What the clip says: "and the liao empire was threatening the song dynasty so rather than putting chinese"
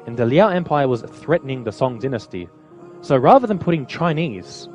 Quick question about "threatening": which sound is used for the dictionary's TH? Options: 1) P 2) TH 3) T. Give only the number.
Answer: 2